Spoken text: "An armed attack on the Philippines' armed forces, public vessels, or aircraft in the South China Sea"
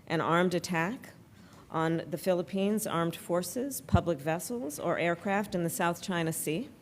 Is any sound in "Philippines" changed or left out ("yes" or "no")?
no